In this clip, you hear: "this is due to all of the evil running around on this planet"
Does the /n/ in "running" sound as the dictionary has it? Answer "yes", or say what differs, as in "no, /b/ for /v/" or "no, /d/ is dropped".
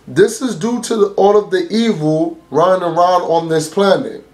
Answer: no, /n/ is dropped